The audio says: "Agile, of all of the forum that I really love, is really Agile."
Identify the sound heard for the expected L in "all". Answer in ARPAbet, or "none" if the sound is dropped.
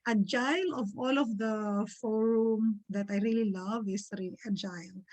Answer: L